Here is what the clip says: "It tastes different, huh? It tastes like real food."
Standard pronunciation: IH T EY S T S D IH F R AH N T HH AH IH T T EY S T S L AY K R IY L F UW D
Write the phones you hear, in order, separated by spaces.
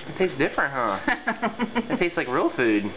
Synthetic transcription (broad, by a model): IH T EY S S D IH F R AH N T HH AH IH T T EY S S L AY K R IY L F UW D